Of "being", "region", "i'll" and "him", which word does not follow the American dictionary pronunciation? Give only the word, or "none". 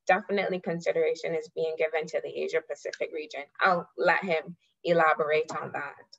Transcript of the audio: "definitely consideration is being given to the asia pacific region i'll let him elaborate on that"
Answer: none